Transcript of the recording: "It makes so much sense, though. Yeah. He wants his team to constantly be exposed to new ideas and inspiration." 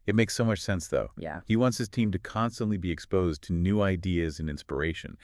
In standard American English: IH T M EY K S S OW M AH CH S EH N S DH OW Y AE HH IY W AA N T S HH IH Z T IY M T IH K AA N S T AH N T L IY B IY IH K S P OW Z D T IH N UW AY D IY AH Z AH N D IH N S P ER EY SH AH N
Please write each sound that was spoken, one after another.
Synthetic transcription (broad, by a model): IH T M EY K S S OW M AH CH S EH N S DH OW Y AE HH IY W AA N T S HH IH Z T IY M T IH K AA N S T AH N T L IY B IY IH K S P OW Z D T IH N UW AY D IY AH Z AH N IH N S P ER EY SH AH N